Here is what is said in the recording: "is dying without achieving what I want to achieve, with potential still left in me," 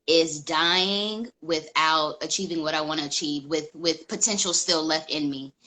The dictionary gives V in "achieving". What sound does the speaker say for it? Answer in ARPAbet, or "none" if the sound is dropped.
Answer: V